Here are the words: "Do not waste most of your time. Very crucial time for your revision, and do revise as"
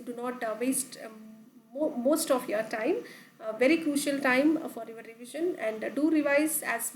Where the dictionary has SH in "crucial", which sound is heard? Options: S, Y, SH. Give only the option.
SH